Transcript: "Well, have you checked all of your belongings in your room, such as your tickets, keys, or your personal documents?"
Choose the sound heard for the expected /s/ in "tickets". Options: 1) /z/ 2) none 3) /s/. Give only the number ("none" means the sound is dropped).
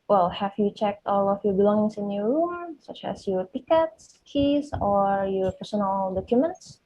3